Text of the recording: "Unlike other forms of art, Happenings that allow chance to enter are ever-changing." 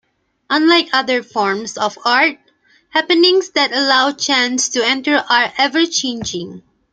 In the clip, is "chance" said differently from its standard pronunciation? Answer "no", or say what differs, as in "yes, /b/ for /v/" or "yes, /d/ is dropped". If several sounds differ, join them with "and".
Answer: no